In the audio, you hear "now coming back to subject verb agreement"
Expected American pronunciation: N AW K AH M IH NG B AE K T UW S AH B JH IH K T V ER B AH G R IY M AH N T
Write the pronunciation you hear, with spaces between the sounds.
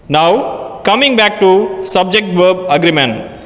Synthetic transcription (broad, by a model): N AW K AH M IH NG B AE K T UW S AH B JH IH K T V ER B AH G R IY M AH N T